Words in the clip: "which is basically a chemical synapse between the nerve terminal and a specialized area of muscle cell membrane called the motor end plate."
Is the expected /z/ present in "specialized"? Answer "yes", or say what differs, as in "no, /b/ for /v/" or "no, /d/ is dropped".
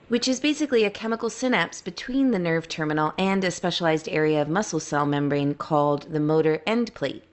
yes